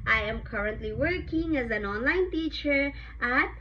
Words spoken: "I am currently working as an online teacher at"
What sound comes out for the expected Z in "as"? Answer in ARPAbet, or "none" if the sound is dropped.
Z